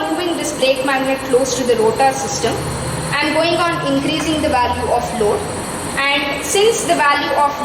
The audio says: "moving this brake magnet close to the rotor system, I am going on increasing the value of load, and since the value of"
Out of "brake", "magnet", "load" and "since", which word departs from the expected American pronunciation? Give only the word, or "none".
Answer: none